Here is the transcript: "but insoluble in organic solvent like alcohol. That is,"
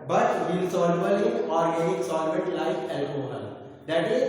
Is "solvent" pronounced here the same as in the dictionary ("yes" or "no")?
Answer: no